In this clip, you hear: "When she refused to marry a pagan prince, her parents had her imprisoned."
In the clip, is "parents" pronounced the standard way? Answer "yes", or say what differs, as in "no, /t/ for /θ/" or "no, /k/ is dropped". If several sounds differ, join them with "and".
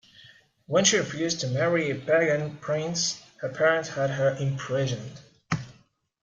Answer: no, /s/ is dropped